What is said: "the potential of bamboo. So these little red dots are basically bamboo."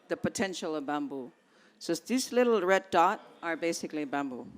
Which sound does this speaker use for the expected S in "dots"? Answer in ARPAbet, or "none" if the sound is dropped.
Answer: none